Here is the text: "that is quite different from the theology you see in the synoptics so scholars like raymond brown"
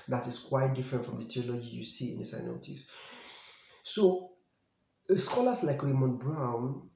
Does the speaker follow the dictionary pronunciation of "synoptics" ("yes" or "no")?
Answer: no